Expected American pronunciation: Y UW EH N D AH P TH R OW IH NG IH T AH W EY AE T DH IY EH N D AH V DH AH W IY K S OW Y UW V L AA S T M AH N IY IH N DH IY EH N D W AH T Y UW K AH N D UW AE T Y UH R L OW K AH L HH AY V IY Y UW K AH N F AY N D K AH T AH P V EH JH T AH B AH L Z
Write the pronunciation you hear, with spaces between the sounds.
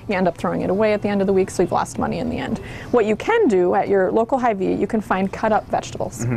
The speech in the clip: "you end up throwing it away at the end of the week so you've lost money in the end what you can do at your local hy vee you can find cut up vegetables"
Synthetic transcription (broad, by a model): Y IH EH N D AH P TH R OW IH NG IH T AH W EY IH T DH IY EH N D AH V DH AH W IY K S OW Y UW V L AA S T M AH N IY IH N DH IY EH N D W AH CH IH K AH N D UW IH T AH R L OW K L HH AY V IY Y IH K AH N F AY N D K AH T AH P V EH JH T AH B L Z